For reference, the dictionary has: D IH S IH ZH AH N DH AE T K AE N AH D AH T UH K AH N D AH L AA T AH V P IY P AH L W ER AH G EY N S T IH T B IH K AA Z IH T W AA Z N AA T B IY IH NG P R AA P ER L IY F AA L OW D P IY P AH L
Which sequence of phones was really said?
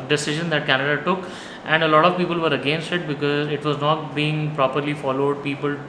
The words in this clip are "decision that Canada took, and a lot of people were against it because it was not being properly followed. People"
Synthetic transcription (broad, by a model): D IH S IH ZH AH N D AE T K AE N AH D AH T UH K AH N D AH L AA T AH V P IY P AH L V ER AH G EY N S T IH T B IH K AA Z IH T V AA Z N AA T B IY IH NG P R AA P ER L IY F AA L OW D P IY P AH L